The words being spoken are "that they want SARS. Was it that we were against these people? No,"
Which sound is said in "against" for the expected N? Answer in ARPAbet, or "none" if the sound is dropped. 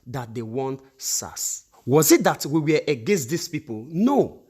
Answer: N